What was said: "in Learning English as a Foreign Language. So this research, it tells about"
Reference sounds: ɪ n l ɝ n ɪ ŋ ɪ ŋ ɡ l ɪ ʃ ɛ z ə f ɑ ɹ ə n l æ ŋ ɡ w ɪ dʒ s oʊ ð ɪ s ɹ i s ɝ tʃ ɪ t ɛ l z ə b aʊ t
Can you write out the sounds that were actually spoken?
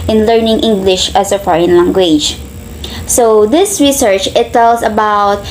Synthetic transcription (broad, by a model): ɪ n l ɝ n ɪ ŋ ɪ ŋ ɡ l ɪ ʃ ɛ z ə f ɑ ɹ ə n l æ ŋ ɡ w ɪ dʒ s oʊ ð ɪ s ɹ i s ɝ tʃ ɪ t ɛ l s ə b aʊ t